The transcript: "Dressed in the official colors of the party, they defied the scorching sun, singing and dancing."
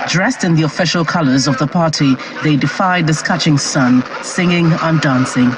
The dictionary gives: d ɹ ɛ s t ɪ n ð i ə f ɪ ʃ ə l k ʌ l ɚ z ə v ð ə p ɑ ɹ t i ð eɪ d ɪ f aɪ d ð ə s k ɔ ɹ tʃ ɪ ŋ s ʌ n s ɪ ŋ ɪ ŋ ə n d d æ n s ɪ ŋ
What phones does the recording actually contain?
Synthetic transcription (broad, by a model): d ɹ ɛ s t ɪ n ð i ə f ɪ ʃ ə l k ʌ l ɚ z ə v ð ə p ɑ ɹ t i ð eɪ d ɪ f aɪ d ð ə s k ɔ tʃ ɪ ŋ s ʌ n s ɪ ŋ ɪ ŋ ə n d d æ n s ɪ ŋ